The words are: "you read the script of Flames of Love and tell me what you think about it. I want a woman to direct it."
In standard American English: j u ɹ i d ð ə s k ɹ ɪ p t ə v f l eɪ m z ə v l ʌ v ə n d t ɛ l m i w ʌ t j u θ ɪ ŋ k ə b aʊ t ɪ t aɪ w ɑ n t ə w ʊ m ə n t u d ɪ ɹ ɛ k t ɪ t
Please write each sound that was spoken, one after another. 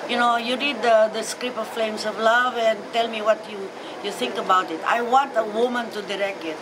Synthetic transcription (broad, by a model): j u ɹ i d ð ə s k ɹ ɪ p ə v f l eɪ m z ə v l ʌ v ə n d t ɛ l m i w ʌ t j u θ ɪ ŋ k ə b aʊ t ɪ t aɪ w ɑ n t ə w ʊ m ə n t u d ɪ ɹ ɛ k t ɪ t